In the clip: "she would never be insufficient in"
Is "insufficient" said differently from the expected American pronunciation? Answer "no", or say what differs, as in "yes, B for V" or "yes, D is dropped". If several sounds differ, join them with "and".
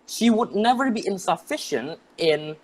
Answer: no